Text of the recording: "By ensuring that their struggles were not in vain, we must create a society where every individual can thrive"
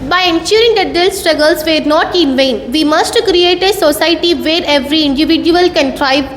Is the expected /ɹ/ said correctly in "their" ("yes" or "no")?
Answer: no